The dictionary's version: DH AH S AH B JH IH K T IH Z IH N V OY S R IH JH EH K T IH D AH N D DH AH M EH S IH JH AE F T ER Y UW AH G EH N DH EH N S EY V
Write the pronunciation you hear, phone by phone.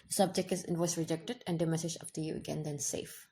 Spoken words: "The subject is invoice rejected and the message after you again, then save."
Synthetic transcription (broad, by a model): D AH S AH B JH IH K T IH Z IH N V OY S R IH JH EH K T IH D AH N D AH M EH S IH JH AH P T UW Y UW AH G EH N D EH N S EY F